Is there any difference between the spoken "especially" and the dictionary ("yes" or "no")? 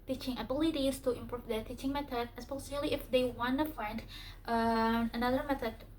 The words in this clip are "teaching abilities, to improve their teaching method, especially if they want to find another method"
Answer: yes